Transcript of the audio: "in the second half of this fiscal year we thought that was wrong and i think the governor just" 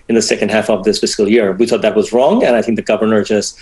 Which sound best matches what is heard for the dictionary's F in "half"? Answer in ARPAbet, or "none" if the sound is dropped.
F